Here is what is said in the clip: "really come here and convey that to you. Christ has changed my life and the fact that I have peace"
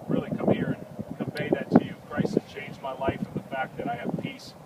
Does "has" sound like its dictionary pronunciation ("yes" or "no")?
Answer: no